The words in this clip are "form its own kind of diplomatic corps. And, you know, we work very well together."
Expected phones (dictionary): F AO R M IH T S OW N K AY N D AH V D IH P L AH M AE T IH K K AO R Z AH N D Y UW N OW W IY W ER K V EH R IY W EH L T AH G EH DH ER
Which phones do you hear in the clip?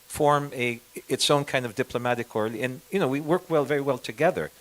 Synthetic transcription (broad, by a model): F AO R M IH T S OW N K AY N D AH V D IH P L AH M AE T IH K K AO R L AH N Y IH N OW W IY W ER K V EH R IY W EH L T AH G EH DH ER